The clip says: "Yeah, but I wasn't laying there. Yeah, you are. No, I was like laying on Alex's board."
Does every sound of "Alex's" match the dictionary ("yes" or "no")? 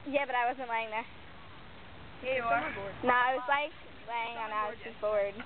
no